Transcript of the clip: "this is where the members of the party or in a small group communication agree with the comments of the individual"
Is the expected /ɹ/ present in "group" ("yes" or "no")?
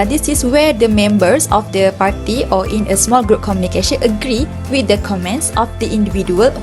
yes